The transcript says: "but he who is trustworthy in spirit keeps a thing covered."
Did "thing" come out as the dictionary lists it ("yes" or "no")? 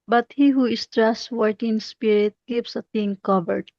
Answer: no